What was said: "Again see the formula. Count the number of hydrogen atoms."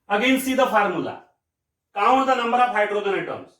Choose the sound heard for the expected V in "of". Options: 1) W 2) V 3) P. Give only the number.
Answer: 3